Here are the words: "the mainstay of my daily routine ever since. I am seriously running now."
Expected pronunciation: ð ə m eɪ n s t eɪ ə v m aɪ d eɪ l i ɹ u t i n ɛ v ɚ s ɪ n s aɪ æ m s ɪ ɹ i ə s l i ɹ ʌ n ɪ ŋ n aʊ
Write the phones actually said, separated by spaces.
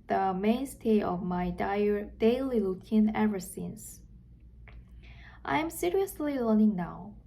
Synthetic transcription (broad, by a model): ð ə m eɪ n s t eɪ ə v m aɪ d eɪ l i l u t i n ɛ v ɚ s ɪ n s aɪ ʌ m s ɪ ɹ i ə s l i l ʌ n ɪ ŋ n aʊ